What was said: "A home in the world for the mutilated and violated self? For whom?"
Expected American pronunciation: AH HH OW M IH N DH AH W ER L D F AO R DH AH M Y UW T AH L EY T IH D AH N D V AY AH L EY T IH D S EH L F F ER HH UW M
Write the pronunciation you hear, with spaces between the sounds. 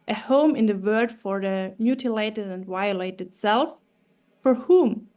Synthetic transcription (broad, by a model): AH HH OW M IH N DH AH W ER D F AO R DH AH M Y UW T AH L EY T IH D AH N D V AY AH L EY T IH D S EH L F F ER HH UW M